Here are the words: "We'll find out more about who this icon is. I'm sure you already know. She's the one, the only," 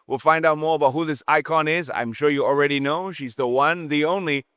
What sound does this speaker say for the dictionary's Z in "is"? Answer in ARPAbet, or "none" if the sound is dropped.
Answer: Z